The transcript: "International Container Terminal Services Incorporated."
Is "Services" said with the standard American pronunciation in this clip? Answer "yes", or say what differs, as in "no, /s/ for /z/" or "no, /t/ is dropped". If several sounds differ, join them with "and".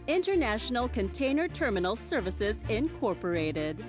yes